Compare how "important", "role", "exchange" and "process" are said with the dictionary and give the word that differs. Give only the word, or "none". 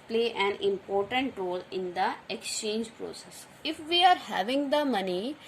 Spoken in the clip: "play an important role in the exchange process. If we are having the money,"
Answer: none